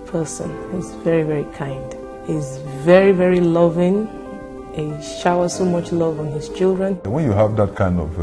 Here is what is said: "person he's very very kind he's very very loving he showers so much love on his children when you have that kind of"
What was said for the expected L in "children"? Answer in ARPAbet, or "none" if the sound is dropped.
L